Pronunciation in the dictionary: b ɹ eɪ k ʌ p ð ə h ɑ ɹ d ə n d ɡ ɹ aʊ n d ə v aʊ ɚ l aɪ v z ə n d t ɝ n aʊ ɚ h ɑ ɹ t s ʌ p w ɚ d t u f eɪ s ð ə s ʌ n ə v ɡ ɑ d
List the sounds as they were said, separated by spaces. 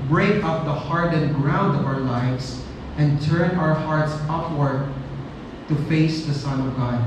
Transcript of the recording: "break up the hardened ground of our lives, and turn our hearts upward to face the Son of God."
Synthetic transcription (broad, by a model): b ɹ eɪ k ʌ p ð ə h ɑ ɹ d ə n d ɡ ɹ aʊ n d ə v aʊ ɚ l aɪ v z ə n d t ɝ n aʊ ɚ h ɑ ɹ t s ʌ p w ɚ d t u f eɪ s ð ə s ʌ n ə v ɡ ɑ d